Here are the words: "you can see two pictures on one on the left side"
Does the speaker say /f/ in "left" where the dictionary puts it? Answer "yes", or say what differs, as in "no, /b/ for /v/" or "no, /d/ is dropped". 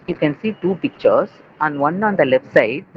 yes